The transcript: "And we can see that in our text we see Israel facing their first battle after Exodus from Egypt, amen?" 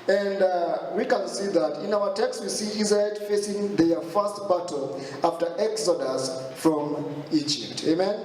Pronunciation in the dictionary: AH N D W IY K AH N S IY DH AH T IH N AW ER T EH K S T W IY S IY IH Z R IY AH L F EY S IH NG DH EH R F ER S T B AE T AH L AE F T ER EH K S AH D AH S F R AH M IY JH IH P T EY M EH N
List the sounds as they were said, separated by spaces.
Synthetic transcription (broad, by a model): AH N D W IY K AH N S IY DH AH T IH N AW ER T EH K S T W IY S IY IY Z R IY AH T F EY S IH NG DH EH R F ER S T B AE T L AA F T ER EH K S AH D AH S F R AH M IY JH IH P T EY M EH N